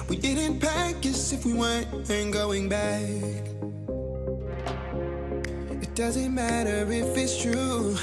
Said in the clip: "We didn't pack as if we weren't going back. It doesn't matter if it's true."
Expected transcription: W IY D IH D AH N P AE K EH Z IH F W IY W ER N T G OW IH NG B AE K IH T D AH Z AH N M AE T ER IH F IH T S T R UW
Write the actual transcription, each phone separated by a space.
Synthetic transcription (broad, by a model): W IY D IH D N P AE K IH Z IH F W IY W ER N T G OW IH NG B AE K IH T D AH Z AH N M AE T ER IH F IH T S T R UW